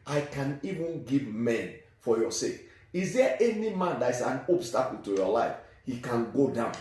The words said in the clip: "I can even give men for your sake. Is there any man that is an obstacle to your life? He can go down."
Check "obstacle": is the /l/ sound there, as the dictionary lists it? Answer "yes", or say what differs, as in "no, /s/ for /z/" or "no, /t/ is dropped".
no, /n/ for /l/